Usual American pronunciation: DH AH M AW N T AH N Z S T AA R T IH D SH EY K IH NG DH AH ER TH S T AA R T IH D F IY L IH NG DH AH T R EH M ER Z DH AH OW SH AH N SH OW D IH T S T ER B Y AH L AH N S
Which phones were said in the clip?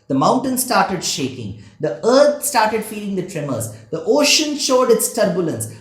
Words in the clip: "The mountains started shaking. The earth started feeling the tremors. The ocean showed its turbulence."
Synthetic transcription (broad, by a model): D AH M AW N T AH N S T AA R T IH D SH EY K IH NG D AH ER T S T AA R T IH D F IY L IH NG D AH T R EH M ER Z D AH OW SH AH N SH OW D IH T S T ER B Y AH L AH N S